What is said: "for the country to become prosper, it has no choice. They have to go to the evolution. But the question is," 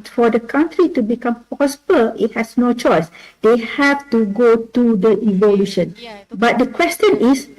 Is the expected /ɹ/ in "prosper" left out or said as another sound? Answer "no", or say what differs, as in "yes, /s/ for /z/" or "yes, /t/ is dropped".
yes, /ɹ/ is dropped